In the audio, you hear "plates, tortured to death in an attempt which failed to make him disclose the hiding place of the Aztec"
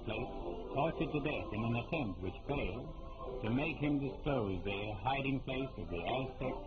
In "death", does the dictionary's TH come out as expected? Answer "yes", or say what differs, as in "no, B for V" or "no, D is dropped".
yes